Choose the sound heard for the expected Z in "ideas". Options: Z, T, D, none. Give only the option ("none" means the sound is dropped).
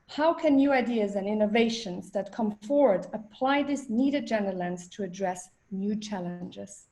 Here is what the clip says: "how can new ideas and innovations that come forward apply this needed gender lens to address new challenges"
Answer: Z